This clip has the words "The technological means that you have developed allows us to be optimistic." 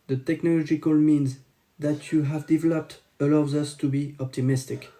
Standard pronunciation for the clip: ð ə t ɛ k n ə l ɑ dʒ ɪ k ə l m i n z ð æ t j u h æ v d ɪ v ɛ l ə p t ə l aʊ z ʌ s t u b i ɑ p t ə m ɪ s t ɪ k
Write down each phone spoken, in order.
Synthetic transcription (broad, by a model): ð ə t ɛ k n ə l ɑ dʒ ɪ k ə l m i n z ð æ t j u h æ v d ɪ v ɛ l ə p t ə l aʊ z ʌ s t u b i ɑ p t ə m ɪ s t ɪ k